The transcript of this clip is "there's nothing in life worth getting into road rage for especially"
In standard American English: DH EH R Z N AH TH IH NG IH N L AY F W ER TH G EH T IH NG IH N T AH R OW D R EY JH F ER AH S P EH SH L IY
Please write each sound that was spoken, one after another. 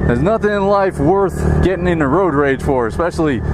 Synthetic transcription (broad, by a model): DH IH Z N AH TH IH NG IH N L AY F W ER TH G EH T IH NG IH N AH R OW D R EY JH F ER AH S P EH SH L IY